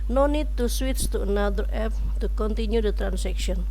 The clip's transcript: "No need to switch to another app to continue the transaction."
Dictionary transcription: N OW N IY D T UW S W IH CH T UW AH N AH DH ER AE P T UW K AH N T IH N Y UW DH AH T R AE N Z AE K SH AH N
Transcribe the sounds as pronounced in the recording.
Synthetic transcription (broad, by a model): N OW N IY D T UW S W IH S T UW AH N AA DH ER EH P T UW K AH N T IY N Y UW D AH T R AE N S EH K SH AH N